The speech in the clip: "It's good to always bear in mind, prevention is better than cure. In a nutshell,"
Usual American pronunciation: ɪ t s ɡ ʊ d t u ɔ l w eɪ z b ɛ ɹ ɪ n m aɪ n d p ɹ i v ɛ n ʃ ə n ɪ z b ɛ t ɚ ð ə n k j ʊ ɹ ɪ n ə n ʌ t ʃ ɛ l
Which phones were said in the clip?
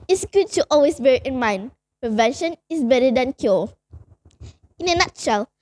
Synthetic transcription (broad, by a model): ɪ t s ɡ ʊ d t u ɔ l w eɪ s b ɛ ɹ ɪ n m aɪ n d p ɹ i v ɛ n ʃ ə n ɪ s b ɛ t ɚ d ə n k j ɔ ɪ n ə n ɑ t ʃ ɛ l